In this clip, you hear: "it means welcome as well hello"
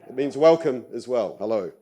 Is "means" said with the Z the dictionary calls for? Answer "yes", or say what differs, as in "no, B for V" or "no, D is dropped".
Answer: yes